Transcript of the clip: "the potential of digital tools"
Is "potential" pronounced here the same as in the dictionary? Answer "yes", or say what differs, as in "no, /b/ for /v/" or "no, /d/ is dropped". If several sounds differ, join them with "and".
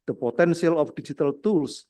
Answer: no, /s/ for /ʃ/